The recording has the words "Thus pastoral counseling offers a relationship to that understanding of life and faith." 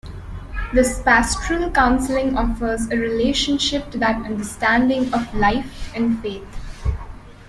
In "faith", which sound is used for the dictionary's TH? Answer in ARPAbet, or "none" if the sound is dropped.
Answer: T